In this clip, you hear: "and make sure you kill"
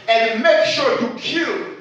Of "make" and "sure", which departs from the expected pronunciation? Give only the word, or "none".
none